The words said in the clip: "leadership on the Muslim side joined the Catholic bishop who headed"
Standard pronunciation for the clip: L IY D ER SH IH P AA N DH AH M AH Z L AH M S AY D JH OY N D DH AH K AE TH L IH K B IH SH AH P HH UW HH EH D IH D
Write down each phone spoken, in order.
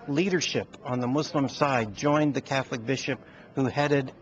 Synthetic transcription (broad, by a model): L IY D ER SH IH P N DH AH M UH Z L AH M S AY D JH OY N DH AH K AE TH L IH K B IH SH AH P HH UW HH EH D IH D